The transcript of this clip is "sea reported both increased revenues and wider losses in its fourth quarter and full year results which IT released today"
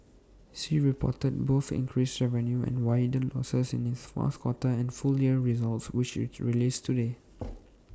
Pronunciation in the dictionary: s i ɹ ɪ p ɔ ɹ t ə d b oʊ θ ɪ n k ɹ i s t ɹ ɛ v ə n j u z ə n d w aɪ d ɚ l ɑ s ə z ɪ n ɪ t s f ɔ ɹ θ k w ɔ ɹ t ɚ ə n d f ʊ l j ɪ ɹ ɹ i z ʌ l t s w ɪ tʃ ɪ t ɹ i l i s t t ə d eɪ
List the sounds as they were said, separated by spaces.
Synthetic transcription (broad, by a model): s i ɹ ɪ p ɔ t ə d b oʊ θ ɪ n k ɹ i s ɹ ɛ v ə n j u ə n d w aɪ d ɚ l ɑ s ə s ɪ n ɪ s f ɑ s k w ɔ t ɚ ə n f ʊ l j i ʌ ɹ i z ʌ l t s w ɪ tʃ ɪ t ɹ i l i s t t ə d eɪ